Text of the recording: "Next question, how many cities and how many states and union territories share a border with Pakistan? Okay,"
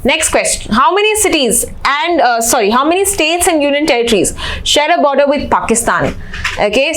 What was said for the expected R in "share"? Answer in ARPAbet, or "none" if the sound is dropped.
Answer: R